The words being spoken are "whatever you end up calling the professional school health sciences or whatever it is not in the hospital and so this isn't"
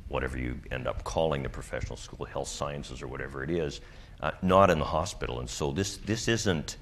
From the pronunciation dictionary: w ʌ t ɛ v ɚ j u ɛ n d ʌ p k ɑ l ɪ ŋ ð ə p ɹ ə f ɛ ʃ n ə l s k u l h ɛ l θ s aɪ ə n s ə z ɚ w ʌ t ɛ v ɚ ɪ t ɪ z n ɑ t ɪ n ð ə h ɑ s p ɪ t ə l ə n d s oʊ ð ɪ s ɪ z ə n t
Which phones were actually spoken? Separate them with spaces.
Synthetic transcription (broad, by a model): w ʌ t ɛ v ɚ j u ɛ n d ʌ p k ɑ l ɪ ŋ ð ə p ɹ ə f ɛ ʃ n l s k u l h ɛ l θ s aɪ ə n s ə z ɚ w ʌ t ɛ v ɚ ɪ t ɪ z n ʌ t ɪ n ð ə h ɑ s p ɪ t l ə n s oʊ ð ɪ s ɪ z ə n t